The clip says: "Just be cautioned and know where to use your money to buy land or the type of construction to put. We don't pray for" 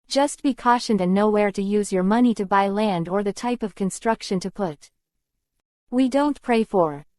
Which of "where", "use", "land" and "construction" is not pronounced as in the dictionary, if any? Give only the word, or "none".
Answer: none